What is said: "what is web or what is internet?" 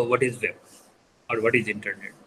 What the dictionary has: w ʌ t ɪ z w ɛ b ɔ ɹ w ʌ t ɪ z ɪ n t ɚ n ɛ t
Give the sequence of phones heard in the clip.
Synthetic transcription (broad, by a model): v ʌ t ɪ z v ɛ ɔ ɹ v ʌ t ɪ z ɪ n t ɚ n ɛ t